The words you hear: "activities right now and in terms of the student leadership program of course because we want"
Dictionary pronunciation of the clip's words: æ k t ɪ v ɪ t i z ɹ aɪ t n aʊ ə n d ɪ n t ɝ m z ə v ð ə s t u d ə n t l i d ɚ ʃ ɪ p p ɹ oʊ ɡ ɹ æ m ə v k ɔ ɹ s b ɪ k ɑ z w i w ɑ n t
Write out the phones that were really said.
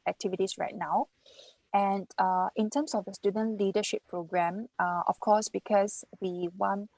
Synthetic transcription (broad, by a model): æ k t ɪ v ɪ t i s ɹ aɪ t n aʊ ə n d ɪ n t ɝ m s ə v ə s t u d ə n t l i d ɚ ʃ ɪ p p ɹ oʊ ɡ ɹ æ m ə f k ɔ s b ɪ k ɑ s w i w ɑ n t